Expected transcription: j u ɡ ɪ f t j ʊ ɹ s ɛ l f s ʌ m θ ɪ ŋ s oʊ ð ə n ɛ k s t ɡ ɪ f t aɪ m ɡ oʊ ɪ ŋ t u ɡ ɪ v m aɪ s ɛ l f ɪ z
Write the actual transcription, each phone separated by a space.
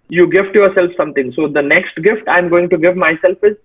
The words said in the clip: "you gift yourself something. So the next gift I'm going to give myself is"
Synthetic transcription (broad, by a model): j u ɡ ɪ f t j ʊ ɹ s ɛ l f s ʌ m t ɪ ŋ s oʊ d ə n ɛ k s t ɡ ɪ f t aɪ m ɡ oʊ ɪ ŋ t u ɡ ɪ v m aɪ s ɛ l f ɪ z